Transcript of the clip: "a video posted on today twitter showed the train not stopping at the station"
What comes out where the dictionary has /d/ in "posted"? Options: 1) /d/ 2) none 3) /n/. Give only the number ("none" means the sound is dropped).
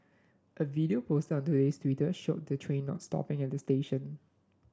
2